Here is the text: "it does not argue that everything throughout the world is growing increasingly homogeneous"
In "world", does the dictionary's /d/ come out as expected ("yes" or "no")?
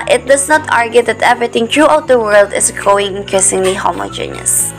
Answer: yes